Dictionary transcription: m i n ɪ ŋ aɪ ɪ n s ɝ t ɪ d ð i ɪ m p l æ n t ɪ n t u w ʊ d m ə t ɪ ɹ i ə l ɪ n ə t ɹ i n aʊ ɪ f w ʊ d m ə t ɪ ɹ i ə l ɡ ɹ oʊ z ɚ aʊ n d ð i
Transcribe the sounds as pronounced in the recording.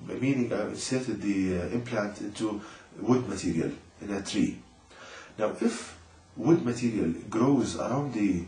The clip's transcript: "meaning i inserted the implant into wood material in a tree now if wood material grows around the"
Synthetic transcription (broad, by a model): m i n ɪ ŋ aɪ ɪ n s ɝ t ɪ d ð i ɪ m p l æ n t ɪ n t u w ʊ d m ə t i ɹ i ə l ɪ n ə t ɹ i n aʊ ɪ f w ʊ d m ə t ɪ ɹ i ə l ɡ ɹ oʊ z ɚ aʊ n d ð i